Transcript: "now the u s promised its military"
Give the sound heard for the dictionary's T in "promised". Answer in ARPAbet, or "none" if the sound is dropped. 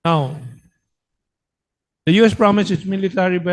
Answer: none